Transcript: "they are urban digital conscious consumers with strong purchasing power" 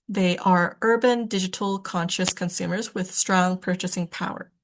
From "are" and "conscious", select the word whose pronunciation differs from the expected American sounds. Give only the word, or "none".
none